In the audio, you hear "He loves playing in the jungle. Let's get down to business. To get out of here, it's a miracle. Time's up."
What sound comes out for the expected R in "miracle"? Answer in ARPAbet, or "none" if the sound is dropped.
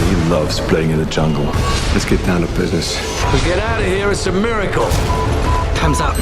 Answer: R